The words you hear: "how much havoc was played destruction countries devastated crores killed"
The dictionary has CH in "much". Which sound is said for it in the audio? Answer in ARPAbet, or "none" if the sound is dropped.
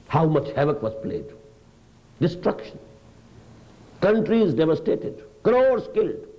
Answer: CH